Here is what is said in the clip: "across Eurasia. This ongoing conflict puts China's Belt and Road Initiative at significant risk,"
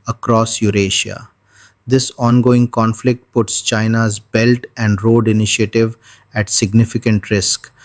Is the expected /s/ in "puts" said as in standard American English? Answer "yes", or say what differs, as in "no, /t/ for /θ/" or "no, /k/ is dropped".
yes